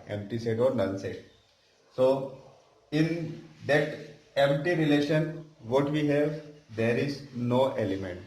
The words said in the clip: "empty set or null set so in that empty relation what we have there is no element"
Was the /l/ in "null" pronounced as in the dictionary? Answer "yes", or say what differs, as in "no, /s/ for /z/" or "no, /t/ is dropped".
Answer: no, /n/ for /l/